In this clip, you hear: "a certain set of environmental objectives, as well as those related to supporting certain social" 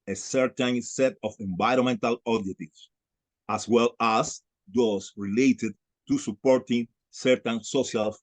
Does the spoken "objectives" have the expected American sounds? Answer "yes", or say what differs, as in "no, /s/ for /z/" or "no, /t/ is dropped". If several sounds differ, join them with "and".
no, /k/ is dropped